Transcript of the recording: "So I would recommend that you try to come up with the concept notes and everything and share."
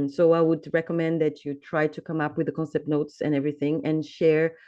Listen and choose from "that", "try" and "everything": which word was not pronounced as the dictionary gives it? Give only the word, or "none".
none